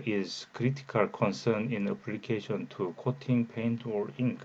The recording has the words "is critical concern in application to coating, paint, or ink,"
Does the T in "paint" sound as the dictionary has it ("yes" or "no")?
yes